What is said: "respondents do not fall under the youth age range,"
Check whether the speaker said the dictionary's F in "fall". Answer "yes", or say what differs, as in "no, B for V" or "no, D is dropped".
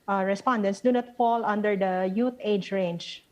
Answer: yes